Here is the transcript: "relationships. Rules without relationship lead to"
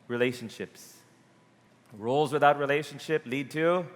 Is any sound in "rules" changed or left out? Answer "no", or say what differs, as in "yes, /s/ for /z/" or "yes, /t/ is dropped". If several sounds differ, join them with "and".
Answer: no